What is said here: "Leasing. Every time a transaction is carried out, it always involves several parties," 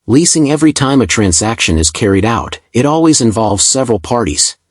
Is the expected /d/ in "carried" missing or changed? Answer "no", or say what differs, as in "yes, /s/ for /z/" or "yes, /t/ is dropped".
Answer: no